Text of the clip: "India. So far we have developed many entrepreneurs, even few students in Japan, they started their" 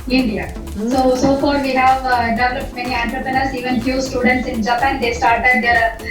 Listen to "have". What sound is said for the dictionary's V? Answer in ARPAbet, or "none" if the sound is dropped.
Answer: V